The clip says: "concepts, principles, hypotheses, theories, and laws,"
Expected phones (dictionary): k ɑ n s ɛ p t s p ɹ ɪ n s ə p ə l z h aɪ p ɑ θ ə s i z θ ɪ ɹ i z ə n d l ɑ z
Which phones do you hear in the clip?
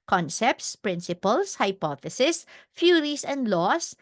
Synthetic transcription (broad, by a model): k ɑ n s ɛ p t s p ɹ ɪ n s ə p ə l s h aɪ p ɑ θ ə s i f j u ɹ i s ə n d l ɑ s